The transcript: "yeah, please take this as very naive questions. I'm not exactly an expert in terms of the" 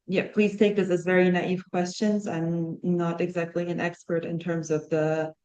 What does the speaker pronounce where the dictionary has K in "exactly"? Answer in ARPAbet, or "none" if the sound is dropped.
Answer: K